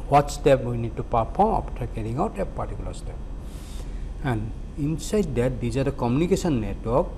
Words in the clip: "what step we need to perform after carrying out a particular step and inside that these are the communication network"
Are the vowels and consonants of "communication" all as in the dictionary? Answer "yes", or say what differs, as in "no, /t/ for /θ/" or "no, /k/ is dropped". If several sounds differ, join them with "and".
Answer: no, /s/ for /ʃ/